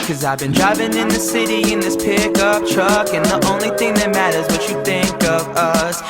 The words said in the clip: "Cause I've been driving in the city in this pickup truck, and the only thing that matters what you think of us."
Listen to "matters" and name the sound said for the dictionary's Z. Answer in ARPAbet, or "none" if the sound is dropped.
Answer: Z